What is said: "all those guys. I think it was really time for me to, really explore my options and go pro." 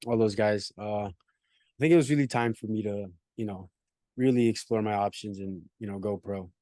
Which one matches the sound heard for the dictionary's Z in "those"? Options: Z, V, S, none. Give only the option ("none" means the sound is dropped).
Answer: Z